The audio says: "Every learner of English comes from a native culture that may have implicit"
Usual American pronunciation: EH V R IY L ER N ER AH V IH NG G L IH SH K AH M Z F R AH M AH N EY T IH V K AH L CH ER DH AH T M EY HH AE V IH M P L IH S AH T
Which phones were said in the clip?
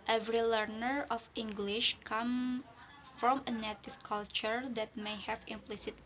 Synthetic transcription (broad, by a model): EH V R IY L ER N ER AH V IH NG G L IH SH K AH M F R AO M AH N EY T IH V K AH L CH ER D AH T M EY HH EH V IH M P L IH S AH T